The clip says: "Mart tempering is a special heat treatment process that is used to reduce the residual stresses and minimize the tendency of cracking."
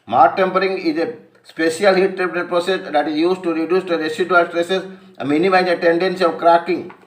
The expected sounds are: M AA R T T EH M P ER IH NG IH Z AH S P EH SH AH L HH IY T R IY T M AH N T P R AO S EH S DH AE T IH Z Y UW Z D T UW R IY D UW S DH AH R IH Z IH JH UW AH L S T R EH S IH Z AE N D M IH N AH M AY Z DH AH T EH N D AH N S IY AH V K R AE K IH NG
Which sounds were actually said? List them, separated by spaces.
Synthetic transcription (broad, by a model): M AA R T T EH M P ER IH NG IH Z AH S P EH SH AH L HH IY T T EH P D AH T P R AO S EH S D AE T IH Z Y UW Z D T UW R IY D UW S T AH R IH S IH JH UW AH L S T R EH S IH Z M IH N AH M AY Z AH T EH N D AH N S IY AH V K R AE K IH NG